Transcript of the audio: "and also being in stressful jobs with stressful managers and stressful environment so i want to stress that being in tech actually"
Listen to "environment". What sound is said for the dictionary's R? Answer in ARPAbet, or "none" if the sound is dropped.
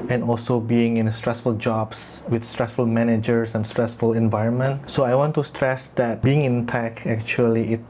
R